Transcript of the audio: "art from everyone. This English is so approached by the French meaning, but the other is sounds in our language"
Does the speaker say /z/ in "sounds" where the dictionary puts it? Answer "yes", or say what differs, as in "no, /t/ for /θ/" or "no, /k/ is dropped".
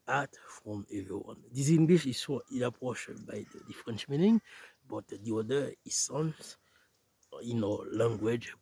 no, /s/ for /z/